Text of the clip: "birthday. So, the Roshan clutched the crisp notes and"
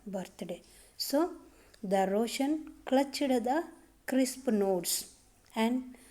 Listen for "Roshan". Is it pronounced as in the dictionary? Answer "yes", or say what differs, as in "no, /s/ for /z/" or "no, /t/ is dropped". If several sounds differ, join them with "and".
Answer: yes